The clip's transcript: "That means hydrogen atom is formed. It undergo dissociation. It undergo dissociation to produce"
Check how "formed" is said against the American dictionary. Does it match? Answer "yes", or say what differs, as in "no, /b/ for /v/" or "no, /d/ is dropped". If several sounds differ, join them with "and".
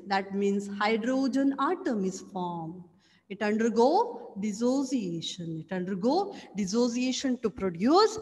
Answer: no, /d/ is dropped